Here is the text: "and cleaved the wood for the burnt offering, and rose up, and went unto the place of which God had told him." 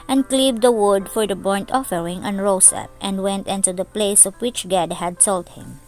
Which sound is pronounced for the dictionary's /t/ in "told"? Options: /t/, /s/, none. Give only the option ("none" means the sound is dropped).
/s/